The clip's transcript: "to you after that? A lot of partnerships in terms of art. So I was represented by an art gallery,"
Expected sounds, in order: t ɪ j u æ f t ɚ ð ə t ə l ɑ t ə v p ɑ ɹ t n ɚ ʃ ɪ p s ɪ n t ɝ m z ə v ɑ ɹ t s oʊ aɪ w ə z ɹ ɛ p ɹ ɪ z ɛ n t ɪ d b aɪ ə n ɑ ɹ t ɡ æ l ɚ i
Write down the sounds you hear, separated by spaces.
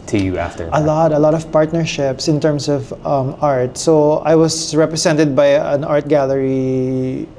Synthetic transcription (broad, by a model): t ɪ j u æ f t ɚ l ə t ə l ɑ t ə v p ɑ ɹ t n ɚ ʃ ɪ p s ɪ n t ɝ m s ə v ɑ ɹ t s oʊ aɪ w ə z ɹ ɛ p ɹ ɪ s ɛ n t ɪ d b aɪ ə n ɑ ɹ t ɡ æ l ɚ i